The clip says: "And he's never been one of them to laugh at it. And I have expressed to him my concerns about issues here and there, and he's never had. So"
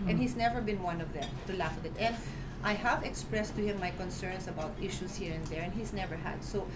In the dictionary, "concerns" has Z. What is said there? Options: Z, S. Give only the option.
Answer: S